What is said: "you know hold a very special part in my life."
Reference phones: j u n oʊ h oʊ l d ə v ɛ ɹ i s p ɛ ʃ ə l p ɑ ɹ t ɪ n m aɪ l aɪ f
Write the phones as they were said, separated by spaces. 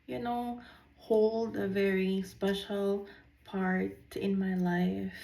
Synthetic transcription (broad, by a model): j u n oʊ h oʊ l d ə v ɛ ɹ i s p ɛ ʃ ə l p ɑ ɹ t ɪ n m aɪ l aɪ f